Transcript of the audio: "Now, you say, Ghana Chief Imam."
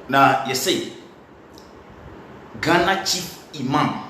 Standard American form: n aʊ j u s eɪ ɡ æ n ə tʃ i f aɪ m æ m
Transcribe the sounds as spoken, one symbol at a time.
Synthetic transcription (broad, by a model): n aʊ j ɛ s eɪ ɡ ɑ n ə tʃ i i m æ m